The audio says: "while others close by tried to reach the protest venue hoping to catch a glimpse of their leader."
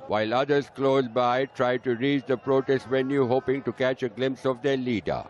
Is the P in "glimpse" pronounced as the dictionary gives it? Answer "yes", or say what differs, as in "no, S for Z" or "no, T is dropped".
yes